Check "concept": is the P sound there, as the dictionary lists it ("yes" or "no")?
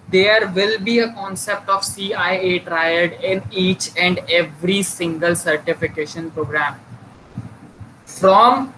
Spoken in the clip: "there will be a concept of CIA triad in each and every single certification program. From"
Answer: yes